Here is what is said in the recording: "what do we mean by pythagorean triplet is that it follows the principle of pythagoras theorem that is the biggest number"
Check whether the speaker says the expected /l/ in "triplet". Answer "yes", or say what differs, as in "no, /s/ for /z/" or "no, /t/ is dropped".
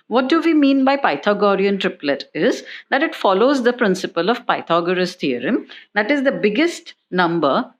yes